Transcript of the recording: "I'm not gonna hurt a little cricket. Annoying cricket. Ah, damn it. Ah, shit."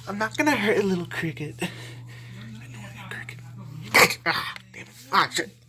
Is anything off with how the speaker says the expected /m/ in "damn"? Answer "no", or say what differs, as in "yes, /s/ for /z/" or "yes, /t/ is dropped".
yes, /m/ is dropped